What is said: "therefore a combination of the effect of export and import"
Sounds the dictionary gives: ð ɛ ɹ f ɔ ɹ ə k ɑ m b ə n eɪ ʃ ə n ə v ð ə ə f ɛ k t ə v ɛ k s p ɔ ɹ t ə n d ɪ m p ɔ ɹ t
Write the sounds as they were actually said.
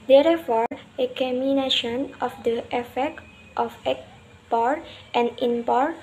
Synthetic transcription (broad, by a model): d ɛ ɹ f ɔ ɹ ə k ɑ m ə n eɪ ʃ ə n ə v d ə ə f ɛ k t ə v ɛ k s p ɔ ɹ t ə n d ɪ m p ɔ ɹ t